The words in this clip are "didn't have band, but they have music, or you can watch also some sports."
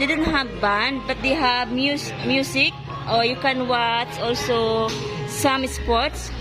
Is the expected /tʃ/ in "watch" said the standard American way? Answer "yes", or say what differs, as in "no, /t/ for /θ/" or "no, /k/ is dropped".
no, /s/ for /tʃ/